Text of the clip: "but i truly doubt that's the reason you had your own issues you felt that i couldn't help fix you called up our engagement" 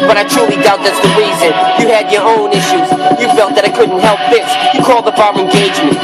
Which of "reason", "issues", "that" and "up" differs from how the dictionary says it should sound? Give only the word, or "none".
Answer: up